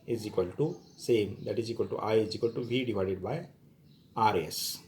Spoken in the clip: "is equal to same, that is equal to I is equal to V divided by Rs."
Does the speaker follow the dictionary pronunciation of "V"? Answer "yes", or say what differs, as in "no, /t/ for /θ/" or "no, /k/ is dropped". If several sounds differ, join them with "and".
no, /b/ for /v/